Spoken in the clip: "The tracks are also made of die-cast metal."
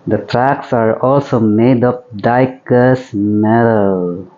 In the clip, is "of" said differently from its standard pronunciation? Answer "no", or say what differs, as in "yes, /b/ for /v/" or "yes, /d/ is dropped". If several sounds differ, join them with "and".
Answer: yes, /p/ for /v/